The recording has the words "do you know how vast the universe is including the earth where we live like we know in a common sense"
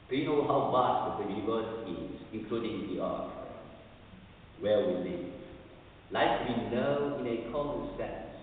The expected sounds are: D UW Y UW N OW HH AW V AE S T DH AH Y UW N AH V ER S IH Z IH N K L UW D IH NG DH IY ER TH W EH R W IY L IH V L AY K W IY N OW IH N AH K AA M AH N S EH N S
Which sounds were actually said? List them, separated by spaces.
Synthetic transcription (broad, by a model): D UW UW N OW HH AW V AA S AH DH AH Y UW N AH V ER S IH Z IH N K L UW D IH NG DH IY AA T W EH L W IY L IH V L AY K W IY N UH IH N AH K AA M AH N S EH N S